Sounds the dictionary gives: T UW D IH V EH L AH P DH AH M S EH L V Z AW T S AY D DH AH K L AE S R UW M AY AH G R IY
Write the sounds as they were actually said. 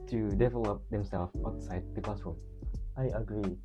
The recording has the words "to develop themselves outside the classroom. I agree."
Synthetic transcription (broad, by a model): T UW D IH V EH L AH P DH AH M S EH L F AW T S AY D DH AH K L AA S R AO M AY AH G R IY